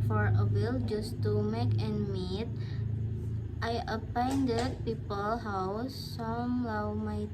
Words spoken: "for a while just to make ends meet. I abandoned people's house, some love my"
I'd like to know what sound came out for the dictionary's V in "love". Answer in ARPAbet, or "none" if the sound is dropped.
W